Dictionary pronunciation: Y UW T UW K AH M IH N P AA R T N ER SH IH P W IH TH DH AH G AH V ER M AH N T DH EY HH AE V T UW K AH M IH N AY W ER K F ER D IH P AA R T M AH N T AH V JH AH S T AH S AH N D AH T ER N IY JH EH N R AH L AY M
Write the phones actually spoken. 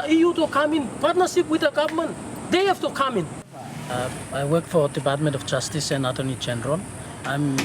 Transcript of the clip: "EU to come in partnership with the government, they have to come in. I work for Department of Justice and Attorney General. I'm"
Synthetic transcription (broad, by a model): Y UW T UW K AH M IH N P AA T N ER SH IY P W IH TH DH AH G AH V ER M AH N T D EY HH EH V T UW K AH M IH N AY W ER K F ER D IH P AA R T M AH N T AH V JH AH S T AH S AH N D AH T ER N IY JH EH N R AH L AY M